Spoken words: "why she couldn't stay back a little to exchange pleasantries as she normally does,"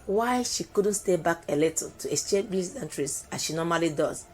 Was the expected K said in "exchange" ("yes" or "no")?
no